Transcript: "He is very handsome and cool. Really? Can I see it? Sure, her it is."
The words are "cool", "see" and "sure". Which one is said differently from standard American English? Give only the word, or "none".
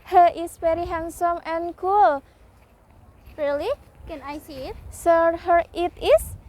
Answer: sure